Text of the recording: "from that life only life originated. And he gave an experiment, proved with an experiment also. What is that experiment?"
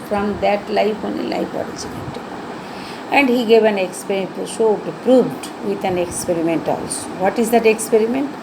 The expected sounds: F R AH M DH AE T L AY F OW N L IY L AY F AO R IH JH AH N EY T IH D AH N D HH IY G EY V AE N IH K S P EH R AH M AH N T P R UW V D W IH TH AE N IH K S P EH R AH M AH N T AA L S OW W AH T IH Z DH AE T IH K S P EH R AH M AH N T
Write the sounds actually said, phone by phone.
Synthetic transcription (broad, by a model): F R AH M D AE T L AY F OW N IY L AY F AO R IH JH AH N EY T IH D AH N D HH IY G EY V AE N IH K S P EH R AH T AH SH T P R UW V D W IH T AE N IH K S P EH R AH M AH N T AA L S OW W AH T IH Z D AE T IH K S P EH R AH M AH N T